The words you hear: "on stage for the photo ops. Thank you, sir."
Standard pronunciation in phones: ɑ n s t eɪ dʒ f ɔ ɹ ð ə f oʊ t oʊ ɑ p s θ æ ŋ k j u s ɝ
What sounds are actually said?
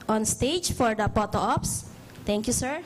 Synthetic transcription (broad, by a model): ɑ n s t eɪ dʒ f ɔ ɹ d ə p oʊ t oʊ ɑ p s t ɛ ŋ k j u s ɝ